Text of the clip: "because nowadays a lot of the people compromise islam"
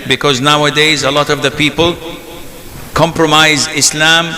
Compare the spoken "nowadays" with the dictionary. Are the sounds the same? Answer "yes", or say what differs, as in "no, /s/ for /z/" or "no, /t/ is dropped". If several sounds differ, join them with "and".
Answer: yes